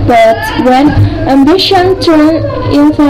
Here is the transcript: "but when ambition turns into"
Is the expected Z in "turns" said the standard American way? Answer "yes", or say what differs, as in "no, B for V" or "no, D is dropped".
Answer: no, Z is dropped